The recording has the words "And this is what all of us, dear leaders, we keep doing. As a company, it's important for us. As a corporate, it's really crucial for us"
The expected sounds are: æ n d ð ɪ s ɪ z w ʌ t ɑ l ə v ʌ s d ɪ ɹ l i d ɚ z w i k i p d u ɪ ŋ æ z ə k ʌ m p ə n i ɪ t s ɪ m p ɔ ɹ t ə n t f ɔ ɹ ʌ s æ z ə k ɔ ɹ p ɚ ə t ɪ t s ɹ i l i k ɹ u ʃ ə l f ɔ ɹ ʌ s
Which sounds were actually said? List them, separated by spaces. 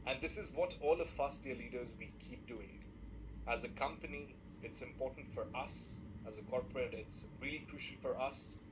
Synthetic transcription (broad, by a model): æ n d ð ɪ s ɪ z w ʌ t ɑ l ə f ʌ s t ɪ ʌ l i d ɚ z w i k i p d u ɪ ŋ æ z ə k ʌ m p ə n i ɪ t s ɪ m p ɔ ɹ t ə n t f ɔ ɹ ʌ s æ z ə k ɔ ɹ p ɚ ə t ɪ t s ɹ i l i k ɹ u ʃ ə l f ɔ ɹ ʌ s